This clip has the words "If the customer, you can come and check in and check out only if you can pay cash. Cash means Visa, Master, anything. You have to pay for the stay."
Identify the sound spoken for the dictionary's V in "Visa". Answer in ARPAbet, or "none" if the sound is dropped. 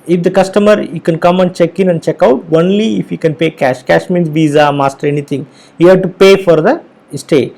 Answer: V